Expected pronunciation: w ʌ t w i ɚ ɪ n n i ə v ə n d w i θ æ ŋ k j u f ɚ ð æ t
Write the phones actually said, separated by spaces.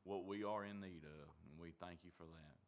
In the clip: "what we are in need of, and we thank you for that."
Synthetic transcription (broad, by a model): w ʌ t w i ɚ ɪ n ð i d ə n w i θ æ ŋ k j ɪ f ɚ ð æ t